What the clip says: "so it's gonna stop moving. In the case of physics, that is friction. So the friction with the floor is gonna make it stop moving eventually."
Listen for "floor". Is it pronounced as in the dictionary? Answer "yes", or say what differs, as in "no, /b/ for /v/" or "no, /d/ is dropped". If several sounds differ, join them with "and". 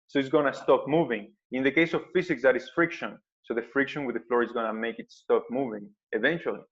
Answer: yes